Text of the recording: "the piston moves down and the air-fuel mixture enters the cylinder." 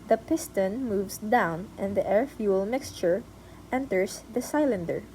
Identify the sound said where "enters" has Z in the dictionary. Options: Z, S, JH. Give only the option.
S